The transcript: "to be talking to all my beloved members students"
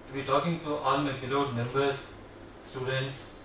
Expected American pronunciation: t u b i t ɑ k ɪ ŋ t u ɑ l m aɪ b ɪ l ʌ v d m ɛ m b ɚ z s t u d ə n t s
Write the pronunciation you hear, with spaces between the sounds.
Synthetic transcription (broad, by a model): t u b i t ɑ k ɪ ŋ t u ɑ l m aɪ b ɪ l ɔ d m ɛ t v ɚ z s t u d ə n t s